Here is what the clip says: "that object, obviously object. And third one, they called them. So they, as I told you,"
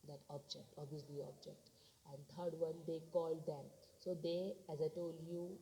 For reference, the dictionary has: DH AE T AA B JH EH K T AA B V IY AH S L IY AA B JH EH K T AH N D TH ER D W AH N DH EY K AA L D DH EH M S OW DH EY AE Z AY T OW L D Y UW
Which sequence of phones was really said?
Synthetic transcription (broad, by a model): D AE T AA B JH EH K T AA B IY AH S L IY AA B JH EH K T AH N D T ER D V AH N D EY K AA L D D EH M S OW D EY AE Z AY T OW L D Y UW